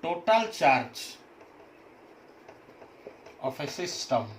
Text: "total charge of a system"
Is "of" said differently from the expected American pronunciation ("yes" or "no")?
yes